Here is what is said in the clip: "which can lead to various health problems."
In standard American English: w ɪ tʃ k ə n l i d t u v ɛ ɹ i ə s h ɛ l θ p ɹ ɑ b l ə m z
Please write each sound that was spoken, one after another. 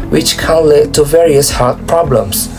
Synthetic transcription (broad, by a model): w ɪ tʃ k ə n l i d t u v ɛ ɹ i ə s h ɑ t p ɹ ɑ b l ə m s